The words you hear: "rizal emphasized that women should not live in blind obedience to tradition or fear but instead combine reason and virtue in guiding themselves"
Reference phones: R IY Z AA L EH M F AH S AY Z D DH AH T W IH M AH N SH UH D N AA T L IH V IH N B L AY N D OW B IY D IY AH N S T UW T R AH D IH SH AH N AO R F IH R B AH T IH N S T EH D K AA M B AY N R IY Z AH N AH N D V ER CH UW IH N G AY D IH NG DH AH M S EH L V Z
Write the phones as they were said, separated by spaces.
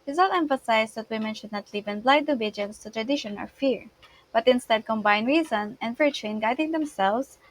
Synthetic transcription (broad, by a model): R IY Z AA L EH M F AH S AY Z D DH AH T W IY M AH N SH UH D N AA T L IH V IH N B L AY D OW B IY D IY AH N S T UW T R AH D IH SH AH N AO L F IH R B AH T IH N S T EH D K AA M B AY N R IY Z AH N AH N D V ER CH UW IH N G AY D IH NG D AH M S EH L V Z